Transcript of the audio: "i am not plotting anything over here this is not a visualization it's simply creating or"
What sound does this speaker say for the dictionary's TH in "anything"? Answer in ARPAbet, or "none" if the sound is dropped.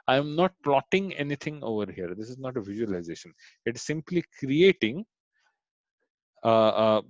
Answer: T